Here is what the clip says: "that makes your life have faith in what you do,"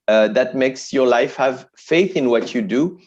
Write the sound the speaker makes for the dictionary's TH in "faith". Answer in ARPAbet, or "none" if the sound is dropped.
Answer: TH